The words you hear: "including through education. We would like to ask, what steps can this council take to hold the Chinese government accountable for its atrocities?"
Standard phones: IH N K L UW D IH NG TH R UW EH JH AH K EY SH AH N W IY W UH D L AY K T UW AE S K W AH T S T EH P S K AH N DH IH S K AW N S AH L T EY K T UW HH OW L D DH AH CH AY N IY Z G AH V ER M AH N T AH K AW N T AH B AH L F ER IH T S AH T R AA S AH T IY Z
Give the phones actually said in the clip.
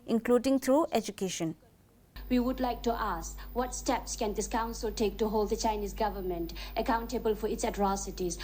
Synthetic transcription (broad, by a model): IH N K L UW D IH NG T R UW EH JH AH K EY SH AH N W IY W UH D L AY K T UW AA S K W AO T S T EH P S K AH N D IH S K AW N S AH L T EY K T UW HH OW L D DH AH CH AY N IY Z G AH V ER M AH N T AH K AW N T AH B AH L F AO IH T S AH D R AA S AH T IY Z